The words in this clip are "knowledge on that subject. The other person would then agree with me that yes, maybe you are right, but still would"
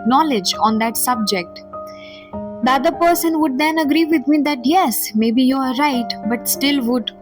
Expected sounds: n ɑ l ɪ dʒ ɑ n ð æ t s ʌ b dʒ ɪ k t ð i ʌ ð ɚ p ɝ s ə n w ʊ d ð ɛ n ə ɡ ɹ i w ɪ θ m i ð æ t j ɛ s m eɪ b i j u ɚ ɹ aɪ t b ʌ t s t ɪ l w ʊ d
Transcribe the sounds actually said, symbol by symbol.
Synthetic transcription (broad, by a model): n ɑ l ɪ dʒ ɑ n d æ t s ʌ b dʒ ɪ k t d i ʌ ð ɚ p ɝ s ə n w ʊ d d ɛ n ə ɡ ɹ i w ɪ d m i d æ t j ɛ s m eɪ b i j u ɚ ɹ aɪ t b ʌ t s t ɪ l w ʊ d